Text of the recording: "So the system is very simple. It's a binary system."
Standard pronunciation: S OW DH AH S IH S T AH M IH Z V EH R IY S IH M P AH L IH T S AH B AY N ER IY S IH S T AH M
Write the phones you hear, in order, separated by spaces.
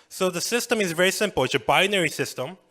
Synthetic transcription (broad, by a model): S OW DH AH S IH S T AH M IH Z V EH R IY S IH M P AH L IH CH AH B AY N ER IY S IH S T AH M